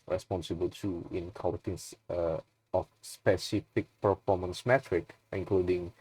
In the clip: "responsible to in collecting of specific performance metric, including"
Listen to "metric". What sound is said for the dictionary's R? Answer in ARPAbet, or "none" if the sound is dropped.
R